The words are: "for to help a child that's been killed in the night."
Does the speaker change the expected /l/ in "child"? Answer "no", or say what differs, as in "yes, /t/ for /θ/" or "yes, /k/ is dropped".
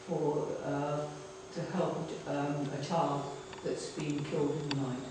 yes, /l/ is dropped